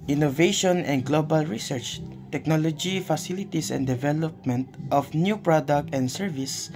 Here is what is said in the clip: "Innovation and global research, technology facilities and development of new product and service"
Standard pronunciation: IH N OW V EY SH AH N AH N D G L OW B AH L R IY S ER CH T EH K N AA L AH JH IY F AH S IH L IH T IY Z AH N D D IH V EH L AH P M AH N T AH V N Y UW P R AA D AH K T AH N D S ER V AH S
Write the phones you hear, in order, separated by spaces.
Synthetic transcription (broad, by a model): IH N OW V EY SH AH N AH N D G L OW B AH L R IY S ER CH T EH K N AA L AH JH IY F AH S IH L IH T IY S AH N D D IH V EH L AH P M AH N T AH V N Y UW P R AA D AH K T AH N D S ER V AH S